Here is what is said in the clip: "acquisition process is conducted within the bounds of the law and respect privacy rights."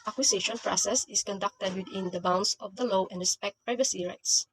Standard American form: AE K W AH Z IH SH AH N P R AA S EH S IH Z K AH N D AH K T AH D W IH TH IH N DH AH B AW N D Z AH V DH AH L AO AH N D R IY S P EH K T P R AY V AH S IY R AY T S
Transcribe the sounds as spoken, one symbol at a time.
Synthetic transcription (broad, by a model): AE K W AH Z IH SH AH N P R AA S EH S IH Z K AH N D AH K T AH D W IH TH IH N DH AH B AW N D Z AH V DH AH L AO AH N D R IY S P EH K T P R AY V AH S IY R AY T S